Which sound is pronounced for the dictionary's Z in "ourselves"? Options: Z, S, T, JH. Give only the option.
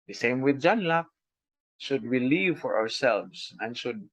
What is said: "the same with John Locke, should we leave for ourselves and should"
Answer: S